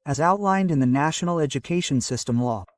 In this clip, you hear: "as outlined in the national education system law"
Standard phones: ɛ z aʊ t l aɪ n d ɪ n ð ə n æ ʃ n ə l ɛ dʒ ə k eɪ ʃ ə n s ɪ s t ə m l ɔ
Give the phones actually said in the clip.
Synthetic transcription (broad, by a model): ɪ z aʊ t l aɪ n d ɪ n ð ə n æ ʃ n l ɛ dʒ ə k eɪ ʃ ə n s ɪ s t ə m l ɔ